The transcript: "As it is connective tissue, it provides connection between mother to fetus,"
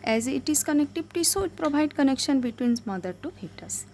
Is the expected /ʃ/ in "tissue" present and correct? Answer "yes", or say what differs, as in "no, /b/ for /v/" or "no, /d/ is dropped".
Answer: no, /s/ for /ʃ/